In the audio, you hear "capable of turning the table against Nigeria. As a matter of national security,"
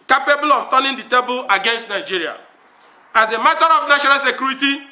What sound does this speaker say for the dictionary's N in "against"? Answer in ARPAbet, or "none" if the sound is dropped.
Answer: N